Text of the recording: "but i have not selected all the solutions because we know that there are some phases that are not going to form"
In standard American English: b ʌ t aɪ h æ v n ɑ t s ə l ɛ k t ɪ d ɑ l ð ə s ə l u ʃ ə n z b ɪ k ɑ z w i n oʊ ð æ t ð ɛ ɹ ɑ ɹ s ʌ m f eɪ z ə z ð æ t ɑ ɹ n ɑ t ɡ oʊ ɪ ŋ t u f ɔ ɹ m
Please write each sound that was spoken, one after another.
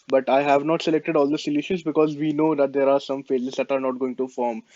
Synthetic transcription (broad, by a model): b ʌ t aɪ h æ v n ɑ t s ə l ɛ k t ɪ d ɑ l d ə s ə l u ʃ ə n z b ɪ k ɑ z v i n oʊ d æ t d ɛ ɹ ɑ ɹ s ʌ m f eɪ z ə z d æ t ɑ ɹ n ɑ t ɡ oʊ ɪ ŋ t u f ɔ ɹ m